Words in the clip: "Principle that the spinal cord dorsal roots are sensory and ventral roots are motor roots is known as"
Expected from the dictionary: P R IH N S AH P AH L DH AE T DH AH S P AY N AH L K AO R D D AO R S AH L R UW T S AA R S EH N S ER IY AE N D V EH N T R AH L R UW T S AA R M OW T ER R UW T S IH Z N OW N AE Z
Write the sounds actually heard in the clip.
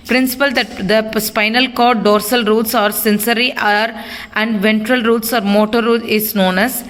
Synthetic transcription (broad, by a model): P R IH N S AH P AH L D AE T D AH S P AY N AH L K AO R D D AO R S AH L R UW T S AA R S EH N S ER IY AE N D V EH N T R AH L R UW T S AA R M OW T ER R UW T IH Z N OW N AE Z